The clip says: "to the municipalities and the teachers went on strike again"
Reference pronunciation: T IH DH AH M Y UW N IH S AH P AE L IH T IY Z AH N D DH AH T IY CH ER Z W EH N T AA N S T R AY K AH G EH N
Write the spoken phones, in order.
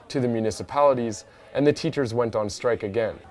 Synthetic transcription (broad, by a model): T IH DH AH M Y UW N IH S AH P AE L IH T IY Z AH N DH AH T IY CH ER Z W EH N T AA N S T R AY K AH G EH N